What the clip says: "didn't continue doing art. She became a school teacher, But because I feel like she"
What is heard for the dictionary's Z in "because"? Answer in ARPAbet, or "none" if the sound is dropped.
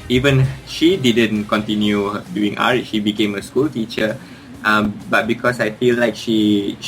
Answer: S